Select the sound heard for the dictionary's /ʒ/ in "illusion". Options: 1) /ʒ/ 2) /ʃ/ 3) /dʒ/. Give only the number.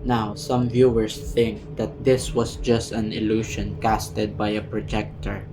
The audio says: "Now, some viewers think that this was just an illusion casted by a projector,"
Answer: 2